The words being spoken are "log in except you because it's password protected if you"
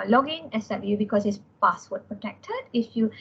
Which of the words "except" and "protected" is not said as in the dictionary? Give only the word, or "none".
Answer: except